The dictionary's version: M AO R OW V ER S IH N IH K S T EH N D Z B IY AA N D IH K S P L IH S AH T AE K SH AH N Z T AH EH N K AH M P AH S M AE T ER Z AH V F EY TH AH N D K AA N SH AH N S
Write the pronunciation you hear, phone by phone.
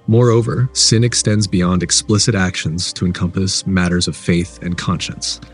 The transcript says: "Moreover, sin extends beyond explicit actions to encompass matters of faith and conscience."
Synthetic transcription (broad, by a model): M AO R OW V ER S IH N IH K S T EH N D Z B IY AA N D IH K S P L IH S AH T AE K SH AH N Z T AH EH N K AH M P AH S M AE T ER Z AH V F EY TH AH N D K AA N SH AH N S